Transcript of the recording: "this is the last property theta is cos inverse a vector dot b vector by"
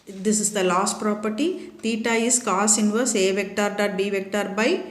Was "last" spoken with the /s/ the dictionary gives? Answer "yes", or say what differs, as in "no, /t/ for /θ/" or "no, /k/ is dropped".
yes